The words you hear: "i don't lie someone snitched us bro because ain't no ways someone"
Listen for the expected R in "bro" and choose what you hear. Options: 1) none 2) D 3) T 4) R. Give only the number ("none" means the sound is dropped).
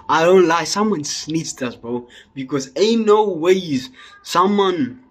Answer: 1